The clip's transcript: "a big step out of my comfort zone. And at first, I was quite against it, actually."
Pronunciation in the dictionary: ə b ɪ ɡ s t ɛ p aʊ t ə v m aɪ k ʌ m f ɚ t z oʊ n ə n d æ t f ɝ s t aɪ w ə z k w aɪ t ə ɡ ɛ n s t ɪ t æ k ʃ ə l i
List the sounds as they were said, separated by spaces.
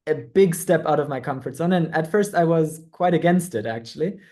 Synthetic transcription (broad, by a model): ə b ɪ ɡ s t ɛ p aʊ t ə v m aɪ k ʌ m f ɚ t s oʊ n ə n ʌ t f ɝ s t aɪ w ə z k w aɪ t ə ɡ ɛ n s t ɪ t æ k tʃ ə l i